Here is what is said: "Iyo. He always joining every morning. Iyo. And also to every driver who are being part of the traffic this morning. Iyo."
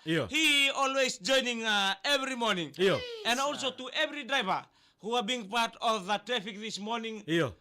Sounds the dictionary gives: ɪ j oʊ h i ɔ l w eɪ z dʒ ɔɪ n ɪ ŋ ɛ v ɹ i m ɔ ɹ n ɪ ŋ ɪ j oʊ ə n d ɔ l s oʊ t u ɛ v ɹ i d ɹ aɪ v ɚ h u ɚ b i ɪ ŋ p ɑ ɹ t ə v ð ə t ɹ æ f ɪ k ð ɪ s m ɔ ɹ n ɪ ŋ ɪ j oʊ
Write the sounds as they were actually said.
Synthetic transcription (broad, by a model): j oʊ h i ɔ l w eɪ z dʒ ɔɪ n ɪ ŋ ɛ v ɹ i m ɔ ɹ n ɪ ŋ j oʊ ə n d ɔ l s oʊ t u ɛ v ɹ i d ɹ aɪ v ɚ h u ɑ b i ŋ p ɑ ɹ t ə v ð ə t ɹ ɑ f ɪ k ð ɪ s m ɔ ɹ n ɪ ŋ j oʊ